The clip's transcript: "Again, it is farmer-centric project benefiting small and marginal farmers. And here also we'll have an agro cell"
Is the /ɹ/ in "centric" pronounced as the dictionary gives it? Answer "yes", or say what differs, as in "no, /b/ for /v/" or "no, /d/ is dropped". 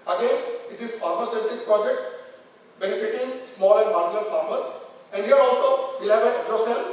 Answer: no, /ɹ/ is dropped